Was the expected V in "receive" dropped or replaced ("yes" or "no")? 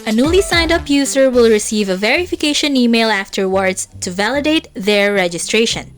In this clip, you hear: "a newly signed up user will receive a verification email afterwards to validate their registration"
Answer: no